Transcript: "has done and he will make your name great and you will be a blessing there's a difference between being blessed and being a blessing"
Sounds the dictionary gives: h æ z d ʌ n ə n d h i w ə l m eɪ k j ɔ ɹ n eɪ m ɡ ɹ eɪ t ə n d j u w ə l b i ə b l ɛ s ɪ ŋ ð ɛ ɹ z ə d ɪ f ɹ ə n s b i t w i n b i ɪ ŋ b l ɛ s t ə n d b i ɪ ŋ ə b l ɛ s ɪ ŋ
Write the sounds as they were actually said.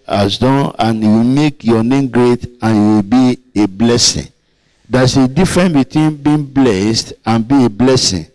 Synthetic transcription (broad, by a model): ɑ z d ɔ n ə n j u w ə m eɪ k j ɔ n eɪ m ɡ ɹ eɪ t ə n j u w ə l b i ə b l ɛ s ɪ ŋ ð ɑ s ə d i f ɹ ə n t b i t w i n b i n b l ɛ s t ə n b i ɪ b l ɛ s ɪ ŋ